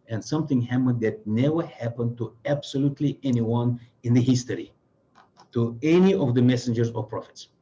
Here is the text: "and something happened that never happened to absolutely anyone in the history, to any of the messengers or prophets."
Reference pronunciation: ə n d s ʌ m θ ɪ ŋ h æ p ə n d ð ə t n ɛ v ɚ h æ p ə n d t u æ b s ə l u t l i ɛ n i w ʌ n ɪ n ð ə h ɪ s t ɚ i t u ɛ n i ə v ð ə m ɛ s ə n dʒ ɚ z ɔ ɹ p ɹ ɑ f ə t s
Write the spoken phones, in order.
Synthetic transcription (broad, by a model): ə n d s ʌ m θ ɪ ŋ h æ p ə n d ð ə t n ɛ v ɚ h æ p ə n d t u æ b s ə l u t l i ɛ n i w ʌ n ɪ n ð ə h ɪ s t ɚ i t u ɛ n i ə v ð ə m ɛ s ə n dʒ ɚ z ɔ ɹ p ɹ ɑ f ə t s